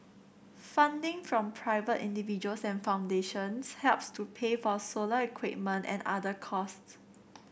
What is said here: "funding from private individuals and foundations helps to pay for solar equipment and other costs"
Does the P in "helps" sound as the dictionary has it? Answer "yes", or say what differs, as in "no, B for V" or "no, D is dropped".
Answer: yes